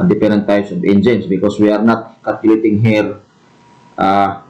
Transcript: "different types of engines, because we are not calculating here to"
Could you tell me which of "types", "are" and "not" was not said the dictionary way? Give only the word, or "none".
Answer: types